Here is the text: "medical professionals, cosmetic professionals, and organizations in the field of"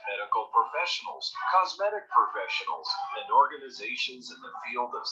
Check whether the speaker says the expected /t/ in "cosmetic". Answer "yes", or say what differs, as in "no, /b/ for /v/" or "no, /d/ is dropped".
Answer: yes